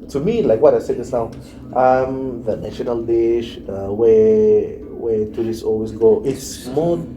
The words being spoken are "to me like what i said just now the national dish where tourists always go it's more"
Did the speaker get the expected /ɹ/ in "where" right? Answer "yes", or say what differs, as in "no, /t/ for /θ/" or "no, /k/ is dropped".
no, /w/ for /ɹ/